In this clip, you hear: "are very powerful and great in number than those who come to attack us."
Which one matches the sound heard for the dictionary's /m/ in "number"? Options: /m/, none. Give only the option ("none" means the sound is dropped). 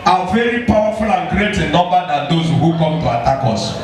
none